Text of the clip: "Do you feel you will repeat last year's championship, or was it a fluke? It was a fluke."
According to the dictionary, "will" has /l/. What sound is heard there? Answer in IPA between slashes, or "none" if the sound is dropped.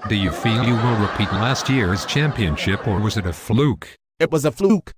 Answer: /n/